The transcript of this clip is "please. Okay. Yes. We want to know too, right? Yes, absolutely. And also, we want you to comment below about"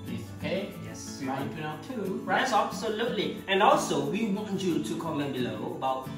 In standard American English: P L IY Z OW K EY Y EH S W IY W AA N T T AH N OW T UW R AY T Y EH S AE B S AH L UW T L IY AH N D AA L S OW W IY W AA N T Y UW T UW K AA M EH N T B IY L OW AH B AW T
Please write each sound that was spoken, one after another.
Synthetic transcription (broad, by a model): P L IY OW K EY Y EH S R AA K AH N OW T UW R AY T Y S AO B S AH L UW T L IY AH N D AA L S OW W IY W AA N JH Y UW T UW K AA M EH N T B IY L OW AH B AW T